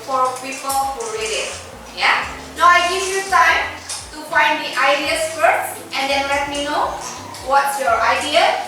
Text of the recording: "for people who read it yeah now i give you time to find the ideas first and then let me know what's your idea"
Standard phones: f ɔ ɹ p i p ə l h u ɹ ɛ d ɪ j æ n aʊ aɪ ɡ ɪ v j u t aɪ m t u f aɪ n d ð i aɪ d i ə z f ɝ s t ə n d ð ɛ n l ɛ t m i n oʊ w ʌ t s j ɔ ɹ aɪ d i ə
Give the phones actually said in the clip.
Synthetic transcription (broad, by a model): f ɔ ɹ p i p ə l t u ɹ ɛ d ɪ j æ n aʊ aɪ ɡ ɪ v j u t aɪ m t u f aɪ n d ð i aɪ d i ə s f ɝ t ə n d ɛ n l ɛ t m i n oʊ w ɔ t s j ɔ ɹ aɪ d i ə